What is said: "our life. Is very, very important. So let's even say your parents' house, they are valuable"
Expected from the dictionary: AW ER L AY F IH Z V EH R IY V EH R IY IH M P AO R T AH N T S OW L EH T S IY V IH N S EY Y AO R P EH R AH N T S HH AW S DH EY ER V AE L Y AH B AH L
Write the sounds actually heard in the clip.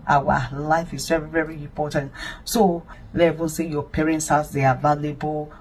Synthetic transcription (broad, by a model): AW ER L AY F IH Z V EH R IY V EH R IY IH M P AO T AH N T S OW L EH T IY V IH N S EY Y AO P EH R AH N T S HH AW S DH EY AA V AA L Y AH B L